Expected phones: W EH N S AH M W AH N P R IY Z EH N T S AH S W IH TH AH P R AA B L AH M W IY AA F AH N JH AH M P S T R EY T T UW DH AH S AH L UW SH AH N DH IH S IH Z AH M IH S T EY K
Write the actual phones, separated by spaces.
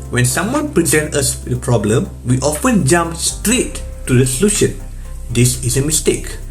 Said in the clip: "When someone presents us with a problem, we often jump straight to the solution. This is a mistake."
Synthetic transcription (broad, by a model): W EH N S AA M W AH N P R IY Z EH N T AH S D AH P R AA B L AH M W IY AA F AH N JH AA M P S T R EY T T UW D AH S AH L UW SH AH N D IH S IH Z AH M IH S T EY K